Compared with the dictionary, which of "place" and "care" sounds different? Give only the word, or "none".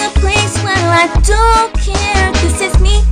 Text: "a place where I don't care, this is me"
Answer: none